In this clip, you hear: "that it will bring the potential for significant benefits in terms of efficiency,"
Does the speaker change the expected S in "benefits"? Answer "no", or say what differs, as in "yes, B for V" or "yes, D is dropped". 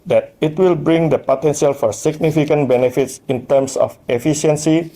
no